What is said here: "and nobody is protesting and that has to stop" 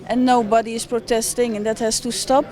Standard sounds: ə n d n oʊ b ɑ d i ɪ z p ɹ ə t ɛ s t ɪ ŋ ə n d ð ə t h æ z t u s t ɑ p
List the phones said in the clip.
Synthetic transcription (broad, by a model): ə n n oʊ b ɑ d i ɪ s p ɹ ə t ɛ s t ɪ ŋ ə n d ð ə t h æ s t u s t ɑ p